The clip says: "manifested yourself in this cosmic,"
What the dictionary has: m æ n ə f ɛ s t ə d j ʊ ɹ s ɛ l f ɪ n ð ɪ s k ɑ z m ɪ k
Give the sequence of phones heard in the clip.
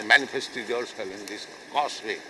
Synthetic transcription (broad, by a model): m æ n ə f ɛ s t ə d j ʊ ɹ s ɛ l ɪ n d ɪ s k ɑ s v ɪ